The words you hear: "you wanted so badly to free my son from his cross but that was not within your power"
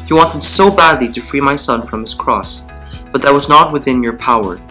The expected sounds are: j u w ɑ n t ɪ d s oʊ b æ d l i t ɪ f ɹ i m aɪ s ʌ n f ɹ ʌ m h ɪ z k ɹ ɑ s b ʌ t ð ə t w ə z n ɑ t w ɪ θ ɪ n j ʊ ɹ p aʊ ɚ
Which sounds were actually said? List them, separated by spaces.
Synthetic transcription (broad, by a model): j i w ɑ n t ɪ d s oʊ b æ d l i t ɪ f ɹ i m aɪ s ʌ n f ɹ ʌ m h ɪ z k ɹ ɑ s b ʌ t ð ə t w ə z n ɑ t w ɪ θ ɪ n j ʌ ɹ p aʊ ɚ